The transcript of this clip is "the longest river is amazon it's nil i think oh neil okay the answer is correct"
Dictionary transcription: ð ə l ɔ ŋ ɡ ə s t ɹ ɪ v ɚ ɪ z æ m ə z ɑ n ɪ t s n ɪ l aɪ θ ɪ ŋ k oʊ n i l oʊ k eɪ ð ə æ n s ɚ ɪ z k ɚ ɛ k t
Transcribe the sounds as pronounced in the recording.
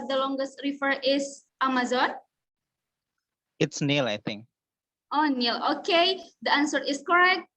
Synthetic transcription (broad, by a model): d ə l ɔ ŋ ɡ ə s t ɹ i f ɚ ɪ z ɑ m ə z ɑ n ɪ t s n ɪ l aɪ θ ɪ ŋ k oʊ n i l oʊ k eɪ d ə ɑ n s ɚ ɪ s k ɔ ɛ k t